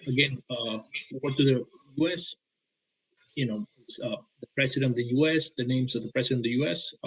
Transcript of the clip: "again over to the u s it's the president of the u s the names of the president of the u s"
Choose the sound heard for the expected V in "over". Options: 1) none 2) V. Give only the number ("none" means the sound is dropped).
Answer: 1